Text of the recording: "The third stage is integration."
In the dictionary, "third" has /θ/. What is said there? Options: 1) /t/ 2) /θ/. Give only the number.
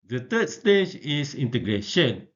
1